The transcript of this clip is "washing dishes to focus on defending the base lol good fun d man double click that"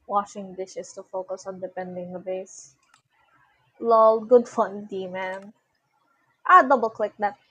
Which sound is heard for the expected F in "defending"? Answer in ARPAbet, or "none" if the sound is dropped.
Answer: P